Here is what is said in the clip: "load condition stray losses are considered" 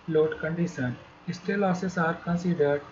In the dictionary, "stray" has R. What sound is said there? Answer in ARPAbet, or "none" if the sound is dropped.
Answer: none